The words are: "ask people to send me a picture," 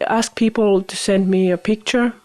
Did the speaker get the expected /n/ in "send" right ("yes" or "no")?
yes